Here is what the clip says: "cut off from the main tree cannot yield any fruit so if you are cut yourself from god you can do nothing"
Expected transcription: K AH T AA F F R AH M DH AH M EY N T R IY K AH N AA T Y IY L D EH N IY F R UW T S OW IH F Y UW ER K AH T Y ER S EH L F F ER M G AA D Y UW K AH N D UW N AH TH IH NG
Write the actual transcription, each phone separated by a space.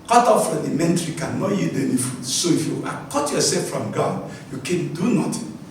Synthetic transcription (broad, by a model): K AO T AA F F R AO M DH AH M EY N T R IY K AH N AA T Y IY D EH N IY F UW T S OW IH F Y UW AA K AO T Y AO S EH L F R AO M G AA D Y UW K AH N D UW N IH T